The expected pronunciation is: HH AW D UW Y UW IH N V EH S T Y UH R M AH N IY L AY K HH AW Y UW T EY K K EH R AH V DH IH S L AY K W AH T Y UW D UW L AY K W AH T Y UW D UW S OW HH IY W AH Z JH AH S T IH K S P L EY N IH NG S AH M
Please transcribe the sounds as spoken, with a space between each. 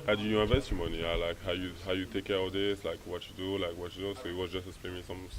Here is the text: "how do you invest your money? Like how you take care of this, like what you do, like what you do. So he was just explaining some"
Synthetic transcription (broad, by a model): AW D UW Y UW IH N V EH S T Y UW M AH N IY L AY K HH AW Y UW T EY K K EH R AH V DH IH S L AY K W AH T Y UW D UW L AY K W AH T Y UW D UW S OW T W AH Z JH AH S T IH S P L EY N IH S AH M